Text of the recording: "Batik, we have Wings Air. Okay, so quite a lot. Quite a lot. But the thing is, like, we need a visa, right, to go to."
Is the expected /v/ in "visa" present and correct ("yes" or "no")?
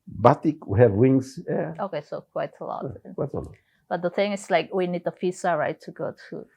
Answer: no